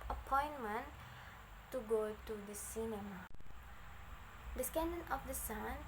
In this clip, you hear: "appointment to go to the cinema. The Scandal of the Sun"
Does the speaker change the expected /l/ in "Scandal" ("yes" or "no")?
yes